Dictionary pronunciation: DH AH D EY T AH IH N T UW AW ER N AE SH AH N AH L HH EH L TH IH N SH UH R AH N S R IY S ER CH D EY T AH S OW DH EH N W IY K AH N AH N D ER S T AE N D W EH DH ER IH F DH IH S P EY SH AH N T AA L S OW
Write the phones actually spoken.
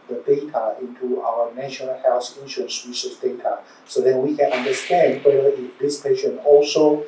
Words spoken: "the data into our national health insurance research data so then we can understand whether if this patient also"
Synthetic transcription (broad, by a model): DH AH D EY T AH IH N T UW AW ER N AE SH AH N AH L HH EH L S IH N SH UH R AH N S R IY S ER S D EY T AH S OW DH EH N W IY K AH N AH N D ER S T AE N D W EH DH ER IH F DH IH S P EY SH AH N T AA L S OW